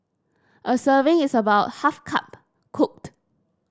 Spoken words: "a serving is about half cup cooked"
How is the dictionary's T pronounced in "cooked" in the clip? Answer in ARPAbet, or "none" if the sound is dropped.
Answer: T